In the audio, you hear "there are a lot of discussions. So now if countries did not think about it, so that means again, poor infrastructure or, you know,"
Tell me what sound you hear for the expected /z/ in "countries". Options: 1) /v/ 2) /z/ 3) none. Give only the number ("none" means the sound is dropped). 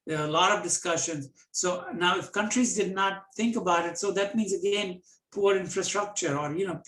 2